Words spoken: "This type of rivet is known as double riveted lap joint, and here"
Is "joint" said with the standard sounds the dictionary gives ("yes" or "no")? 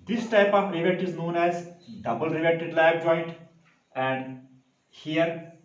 yes